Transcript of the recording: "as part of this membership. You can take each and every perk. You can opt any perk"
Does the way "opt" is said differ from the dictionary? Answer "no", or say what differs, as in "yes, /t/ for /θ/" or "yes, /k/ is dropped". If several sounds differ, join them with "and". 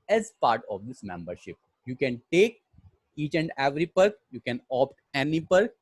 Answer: no